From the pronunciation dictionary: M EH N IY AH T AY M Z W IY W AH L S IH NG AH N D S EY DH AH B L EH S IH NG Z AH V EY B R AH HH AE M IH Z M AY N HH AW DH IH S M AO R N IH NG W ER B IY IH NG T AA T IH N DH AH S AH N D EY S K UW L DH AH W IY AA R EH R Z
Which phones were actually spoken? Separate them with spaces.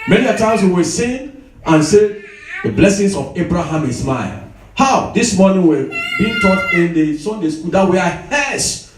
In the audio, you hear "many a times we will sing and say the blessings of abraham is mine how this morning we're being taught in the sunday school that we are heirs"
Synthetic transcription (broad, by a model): M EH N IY AH T AY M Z W IY W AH S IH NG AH N S EY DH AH B L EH S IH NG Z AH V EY B R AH HH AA M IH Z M AY L HH AW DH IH S M AO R N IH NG W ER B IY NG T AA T IH N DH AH S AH N D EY S K UW L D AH W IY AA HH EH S